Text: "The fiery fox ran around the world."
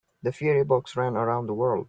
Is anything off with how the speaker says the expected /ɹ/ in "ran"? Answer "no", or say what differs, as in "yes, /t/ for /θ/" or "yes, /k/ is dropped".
no